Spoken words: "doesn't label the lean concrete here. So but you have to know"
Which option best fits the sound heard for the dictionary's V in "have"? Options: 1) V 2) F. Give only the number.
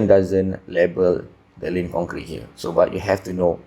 2